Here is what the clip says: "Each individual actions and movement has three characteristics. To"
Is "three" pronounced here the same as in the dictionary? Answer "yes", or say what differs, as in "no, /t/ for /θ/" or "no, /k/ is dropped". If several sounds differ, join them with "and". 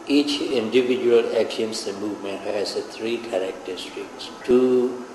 no, /t/ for /θ/